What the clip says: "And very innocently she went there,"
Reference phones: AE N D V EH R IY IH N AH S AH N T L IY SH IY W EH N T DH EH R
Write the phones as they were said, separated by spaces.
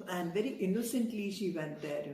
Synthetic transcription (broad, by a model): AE N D V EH R IY IH N AH S AH N T L IY SH IY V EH N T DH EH R